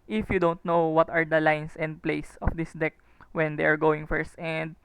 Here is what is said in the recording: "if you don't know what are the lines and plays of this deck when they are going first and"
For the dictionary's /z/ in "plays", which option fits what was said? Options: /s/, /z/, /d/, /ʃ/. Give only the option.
/s/